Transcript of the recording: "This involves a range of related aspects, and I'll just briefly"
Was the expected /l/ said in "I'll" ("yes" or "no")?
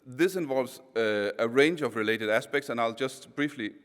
yes